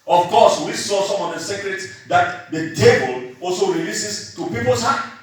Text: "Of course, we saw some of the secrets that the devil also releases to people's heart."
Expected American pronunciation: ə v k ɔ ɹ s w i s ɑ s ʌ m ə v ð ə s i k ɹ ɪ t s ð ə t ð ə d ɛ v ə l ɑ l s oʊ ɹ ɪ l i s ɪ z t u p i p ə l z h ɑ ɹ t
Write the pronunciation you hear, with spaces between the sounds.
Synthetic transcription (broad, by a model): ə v k ɔ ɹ s w i s ɑ s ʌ m ə v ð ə s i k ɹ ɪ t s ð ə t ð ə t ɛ b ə l ɑ l s oʊ ɹ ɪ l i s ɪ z t u p i p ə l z h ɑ